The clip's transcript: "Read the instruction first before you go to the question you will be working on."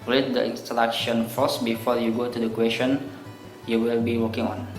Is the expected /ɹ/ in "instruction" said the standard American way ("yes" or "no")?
no